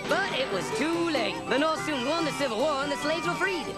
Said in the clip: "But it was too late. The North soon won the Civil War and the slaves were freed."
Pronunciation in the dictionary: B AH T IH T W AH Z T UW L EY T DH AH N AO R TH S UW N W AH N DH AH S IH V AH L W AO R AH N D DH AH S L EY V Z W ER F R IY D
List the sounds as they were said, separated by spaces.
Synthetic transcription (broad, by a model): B AH T IH T W AH Z T UW L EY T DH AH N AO S UW N W AH N DH AH S IH V L W AO R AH N DH AH S L EY V Z W ER F R IY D